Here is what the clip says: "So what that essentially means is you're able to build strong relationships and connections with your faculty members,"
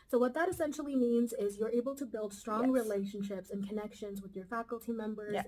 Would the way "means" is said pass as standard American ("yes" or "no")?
yes